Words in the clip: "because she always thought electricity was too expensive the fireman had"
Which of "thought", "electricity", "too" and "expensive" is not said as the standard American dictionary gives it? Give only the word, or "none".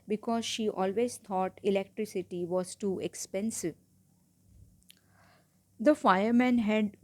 thought